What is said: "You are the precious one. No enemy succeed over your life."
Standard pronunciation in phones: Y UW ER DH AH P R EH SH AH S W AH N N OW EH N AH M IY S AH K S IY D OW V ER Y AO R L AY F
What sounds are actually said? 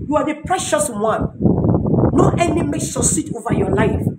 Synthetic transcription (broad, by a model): Y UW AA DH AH P R EH SH AH S W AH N N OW EH N AH M IY SH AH S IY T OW V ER Y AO L AY F